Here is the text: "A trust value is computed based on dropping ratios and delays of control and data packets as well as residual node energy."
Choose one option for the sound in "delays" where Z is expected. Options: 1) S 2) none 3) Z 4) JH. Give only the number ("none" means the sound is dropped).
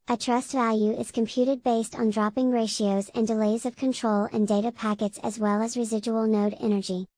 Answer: 3